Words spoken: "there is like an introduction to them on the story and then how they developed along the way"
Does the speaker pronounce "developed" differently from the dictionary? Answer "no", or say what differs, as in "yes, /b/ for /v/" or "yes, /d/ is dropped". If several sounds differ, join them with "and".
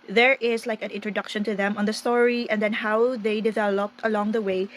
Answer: no